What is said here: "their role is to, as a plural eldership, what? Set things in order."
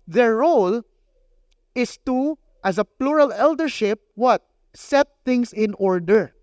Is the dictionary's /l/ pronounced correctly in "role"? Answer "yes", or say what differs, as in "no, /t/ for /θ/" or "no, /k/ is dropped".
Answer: yes